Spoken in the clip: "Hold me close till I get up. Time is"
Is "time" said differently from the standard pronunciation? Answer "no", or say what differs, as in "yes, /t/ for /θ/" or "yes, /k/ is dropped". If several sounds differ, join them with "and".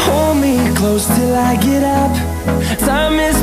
yes, /s/ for /t/